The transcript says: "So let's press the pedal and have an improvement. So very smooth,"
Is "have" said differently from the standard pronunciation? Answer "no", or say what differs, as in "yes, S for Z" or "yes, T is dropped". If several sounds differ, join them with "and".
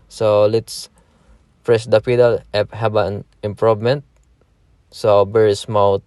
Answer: yes, B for V